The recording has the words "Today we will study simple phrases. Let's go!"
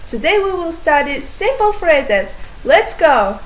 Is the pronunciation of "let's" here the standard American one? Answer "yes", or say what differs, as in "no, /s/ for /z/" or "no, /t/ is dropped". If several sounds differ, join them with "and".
yes